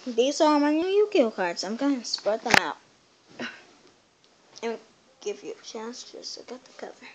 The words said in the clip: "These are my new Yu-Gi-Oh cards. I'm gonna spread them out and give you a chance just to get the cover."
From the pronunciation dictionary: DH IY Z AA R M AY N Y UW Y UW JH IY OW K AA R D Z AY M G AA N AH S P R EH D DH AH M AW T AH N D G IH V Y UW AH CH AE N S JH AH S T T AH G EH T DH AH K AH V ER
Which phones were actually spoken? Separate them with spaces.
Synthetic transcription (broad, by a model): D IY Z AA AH M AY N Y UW Y UW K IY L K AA R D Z AY M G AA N S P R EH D DH AH M AW T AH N G IH V Y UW AH CH AE N S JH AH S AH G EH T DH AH K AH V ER